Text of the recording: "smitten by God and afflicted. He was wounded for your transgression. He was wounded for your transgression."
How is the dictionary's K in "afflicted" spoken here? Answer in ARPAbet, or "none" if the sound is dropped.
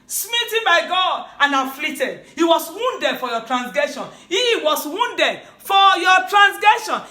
none